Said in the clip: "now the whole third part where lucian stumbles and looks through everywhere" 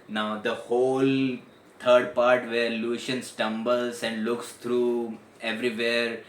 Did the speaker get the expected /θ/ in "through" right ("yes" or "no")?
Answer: no